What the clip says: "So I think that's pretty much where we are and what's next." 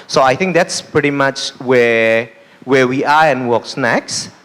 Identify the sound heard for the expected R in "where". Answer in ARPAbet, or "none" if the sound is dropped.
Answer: W